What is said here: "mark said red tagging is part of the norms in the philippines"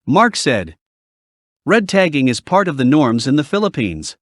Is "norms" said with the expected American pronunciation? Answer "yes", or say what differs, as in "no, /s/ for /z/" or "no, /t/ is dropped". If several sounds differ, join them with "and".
yes